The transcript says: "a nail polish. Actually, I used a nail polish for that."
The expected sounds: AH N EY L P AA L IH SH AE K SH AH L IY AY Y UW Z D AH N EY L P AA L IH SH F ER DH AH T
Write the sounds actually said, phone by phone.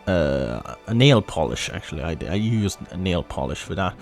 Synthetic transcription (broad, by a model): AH N EY L P AA L IH SH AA K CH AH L IY AY Y UW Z AH N EY L P AA L IH SH F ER DH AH T